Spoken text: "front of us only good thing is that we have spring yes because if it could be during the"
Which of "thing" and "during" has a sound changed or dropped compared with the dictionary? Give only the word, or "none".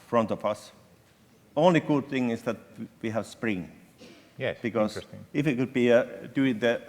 during